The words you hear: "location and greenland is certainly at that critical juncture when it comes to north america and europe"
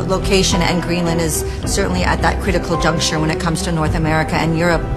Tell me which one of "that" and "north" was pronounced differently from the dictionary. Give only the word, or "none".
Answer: none